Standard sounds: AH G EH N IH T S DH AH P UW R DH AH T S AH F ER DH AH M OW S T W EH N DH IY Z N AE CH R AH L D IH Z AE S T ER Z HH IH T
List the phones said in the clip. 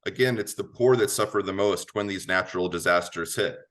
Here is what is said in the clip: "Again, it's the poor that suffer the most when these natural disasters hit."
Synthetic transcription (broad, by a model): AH G EH N IH T S DH AH P UW R DH AH T S AH F ER DH AH M OW S T W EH N DH IY Z N AE CH R L D IH Z AE S T ER Z HH IH T